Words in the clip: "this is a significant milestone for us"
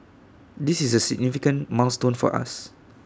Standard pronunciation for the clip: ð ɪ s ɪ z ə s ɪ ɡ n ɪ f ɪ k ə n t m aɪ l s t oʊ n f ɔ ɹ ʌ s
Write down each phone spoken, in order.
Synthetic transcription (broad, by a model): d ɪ s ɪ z ə s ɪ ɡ n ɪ f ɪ k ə n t m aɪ s t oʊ n f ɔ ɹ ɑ s